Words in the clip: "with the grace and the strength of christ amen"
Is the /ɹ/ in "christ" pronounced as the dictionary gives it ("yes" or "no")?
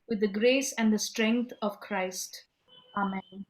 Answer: yes